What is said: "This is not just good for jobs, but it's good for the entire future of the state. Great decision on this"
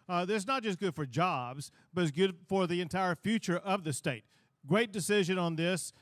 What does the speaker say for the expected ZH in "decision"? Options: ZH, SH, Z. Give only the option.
ZH